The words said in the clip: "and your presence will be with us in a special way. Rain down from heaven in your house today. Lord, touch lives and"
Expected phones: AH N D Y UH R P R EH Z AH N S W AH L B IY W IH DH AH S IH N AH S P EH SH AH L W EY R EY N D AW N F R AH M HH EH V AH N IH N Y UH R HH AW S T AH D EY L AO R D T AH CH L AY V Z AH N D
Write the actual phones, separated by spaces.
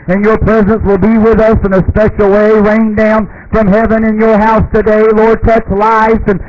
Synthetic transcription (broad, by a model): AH N Y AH R P R EH Z AH N S W AH L B IY W IH DH AH S IH N AH S P EH SH L W EY R EY N D AW N F R AH M HH EH V AH N IH N Y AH R HH AW S T AH D EY L AO R D T AH CH L AY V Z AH N